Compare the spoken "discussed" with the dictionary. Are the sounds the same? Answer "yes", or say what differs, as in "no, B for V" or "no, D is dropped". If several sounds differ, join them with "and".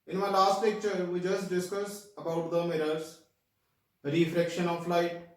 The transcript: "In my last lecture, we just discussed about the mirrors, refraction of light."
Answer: no, T is dropped